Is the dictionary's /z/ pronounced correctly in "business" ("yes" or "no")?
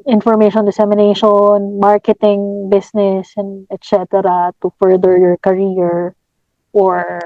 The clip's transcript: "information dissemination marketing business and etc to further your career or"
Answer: no